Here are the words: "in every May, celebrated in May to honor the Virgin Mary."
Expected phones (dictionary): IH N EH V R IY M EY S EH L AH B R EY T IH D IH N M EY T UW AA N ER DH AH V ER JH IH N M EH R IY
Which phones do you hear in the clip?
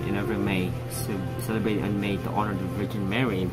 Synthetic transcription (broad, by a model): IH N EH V IY M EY S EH L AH B R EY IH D IH N M EY T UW AA N ER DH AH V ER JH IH N M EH R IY